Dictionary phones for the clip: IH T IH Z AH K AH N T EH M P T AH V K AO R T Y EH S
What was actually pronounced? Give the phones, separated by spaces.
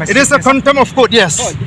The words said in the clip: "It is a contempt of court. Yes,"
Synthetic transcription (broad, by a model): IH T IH S AH K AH N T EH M T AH F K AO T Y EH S